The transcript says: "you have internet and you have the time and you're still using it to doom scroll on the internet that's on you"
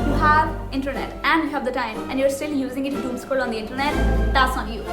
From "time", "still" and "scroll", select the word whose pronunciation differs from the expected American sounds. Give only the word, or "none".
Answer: scroll